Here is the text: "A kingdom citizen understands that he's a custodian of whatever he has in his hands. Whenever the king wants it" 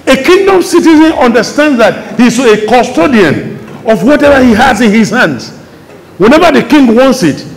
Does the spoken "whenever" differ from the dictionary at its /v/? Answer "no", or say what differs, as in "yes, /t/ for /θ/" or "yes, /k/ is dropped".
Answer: no